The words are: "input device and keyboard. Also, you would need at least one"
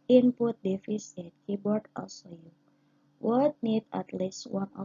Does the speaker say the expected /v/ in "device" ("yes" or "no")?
no